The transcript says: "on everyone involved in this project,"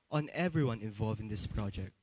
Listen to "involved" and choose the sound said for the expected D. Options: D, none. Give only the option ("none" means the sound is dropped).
none